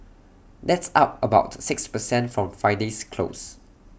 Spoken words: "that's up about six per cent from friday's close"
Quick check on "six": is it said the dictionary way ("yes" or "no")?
yes